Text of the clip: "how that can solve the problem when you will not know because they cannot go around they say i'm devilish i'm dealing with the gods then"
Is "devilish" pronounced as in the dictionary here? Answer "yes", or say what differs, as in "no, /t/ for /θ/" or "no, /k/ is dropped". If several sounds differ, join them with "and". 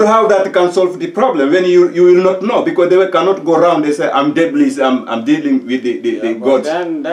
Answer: no, /b/ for /v/